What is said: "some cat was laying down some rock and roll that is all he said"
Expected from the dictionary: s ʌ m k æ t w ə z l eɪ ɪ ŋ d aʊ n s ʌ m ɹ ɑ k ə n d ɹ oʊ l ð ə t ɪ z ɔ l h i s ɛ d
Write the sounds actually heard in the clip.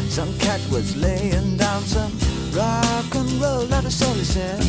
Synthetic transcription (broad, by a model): s ʌ m k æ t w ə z l eɪ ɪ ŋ d aʊ n s ʌ m ɹ ɑ k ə n ɹ oʊ l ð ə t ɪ s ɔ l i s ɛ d